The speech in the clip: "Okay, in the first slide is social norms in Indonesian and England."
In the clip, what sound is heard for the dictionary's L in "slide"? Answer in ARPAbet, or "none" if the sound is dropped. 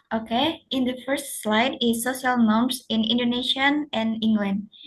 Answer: L